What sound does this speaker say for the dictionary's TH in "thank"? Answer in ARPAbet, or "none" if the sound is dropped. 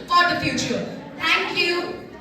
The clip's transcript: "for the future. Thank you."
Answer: T